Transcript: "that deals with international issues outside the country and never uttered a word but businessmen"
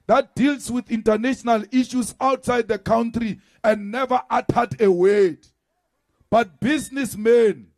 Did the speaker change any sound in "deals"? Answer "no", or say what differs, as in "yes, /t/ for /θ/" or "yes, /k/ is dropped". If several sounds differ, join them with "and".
yes, /s/ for /z/